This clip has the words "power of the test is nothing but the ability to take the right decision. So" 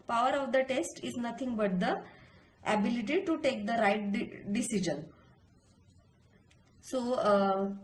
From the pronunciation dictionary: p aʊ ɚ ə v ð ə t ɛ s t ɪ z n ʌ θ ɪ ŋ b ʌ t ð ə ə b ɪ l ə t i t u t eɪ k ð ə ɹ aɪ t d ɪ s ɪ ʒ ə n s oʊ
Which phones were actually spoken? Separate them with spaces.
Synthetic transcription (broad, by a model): p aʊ ɚ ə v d ə t ɛ s t ɪ z n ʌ t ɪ ŋ b ʌ t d ə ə b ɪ l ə t i t u t eɪ k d ə ɹ aɪ t d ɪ s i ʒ ə n s oʊ